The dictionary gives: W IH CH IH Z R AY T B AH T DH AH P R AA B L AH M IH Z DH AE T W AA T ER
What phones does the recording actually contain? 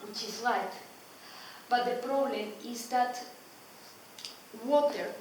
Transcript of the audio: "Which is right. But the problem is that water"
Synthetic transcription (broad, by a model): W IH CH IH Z L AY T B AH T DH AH P R AA B L AH M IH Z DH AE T W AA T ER